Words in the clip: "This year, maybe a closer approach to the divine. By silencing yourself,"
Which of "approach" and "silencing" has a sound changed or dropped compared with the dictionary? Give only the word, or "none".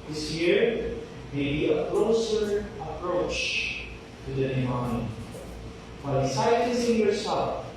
silencing